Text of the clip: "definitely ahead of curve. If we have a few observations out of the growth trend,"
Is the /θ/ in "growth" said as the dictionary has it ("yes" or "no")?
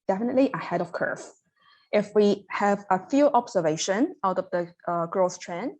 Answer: no